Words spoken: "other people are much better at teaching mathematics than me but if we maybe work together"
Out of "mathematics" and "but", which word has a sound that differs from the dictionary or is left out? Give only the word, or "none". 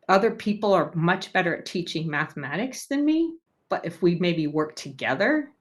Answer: none